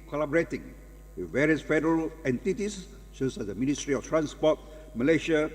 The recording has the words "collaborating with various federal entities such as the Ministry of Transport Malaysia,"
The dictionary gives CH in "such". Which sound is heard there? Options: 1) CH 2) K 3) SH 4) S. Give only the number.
4